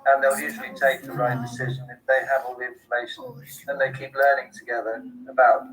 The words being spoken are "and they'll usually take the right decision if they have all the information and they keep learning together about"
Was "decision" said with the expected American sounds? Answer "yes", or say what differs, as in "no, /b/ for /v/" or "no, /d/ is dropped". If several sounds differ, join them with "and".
yes